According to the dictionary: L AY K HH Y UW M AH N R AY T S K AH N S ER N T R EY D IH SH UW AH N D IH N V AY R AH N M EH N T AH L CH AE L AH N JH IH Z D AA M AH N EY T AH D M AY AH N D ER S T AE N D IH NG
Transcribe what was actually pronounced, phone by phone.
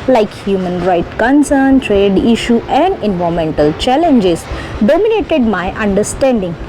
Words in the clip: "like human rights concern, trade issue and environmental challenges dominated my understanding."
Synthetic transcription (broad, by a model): L AY K HH Y UW M AH N R AY T K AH N S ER N T R EY D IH SH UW AH N D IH N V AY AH M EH N T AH L CH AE L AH N JH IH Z D AA M AH N EY T AH D M AY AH N D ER S T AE N D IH NG